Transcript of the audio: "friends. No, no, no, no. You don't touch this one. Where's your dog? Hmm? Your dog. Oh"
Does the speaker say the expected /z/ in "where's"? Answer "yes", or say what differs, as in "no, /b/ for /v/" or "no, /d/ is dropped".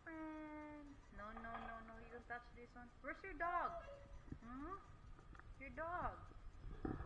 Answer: no, /s/ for /z/